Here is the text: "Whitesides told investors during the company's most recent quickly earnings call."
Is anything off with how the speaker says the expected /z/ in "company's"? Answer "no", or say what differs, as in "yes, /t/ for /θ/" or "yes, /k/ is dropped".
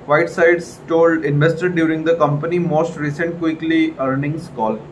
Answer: yes, /z/ is dropped